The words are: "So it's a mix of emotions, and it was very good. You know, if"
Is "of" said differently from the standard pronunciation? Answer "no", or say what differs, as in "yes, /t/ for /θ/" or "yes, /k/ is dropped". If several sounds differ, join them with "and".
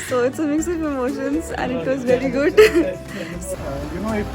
yes, /p/ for /v/